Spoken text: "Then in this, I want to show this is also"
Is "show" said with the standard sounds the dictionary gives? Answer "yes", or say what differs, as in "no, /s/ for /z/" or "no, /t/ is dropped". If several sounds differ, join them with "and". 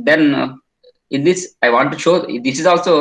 yes